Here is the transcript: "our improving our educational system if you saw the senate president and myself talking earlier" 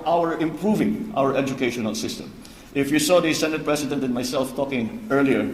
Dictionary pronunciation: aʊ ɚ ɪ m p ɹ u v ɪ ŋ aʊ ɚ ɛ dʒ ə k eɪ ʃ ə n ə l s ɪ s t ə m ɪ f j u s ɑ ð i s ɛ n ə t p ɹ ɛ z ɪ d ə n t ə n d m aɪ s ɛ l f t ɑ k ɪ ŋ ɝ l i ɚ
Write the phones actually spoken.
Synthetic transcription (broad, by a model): aʊ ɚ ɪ m p ɹ u v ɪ ŋ aʊ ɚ ɛ dʒ ə k eɪ ʃ ə n ə l s ɪ s t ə m ɪ f j u s ɑ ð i s ɛ n ə t p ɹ ɛ s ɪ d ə n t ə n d m aɪ s ɛ l f t ɑ k ɪ ŋ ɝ l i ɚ